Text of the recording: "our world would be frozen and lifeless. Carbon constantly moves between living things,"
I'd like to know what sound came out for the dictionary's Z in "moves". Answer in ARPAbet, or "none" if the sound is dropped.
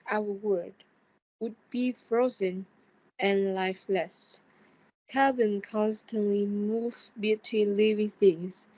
none